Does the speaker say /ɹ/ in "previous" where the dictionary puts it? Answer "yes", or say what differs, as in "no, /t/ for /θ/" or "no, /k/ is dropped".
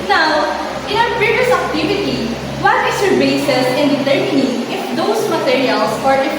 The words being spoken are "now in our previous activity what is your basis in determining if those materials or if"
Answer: no, /ɹ/ is dropped